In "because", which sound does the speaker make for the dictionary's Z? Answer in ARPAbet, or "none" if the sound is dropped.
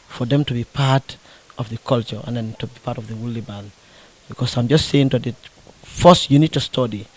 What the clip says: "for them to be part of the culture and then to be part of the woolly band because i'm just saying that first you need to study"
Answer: S